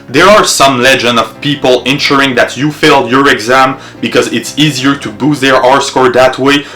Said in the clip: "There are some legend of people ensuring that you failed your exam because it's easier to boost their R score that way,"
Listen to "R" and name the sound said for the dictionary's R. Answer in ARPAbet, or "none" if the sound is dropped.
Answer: R